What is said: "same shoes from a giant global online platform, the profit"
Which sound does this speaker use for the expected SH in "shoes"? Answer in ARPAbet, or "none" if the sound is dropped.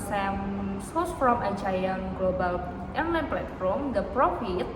S